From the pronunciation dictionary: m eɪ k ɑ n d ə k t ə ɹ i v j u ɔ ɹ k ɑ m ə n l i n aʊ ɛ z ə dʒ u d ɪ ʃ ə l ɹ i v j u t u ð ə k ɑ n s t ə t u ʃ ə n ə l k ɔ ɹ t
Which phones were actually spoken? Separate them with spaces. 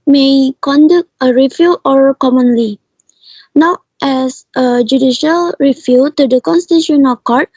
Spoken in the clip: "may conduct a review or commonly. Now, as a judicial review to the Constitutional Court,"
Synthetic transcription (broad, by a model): m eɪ k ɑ n d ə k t ə ɹ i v j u ɔ ɹ k ɑ m ə n l i n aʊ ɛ s ə dʒ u d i ʃ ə l ɹ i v j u t u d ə k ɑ n s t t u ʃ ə n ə k ɔ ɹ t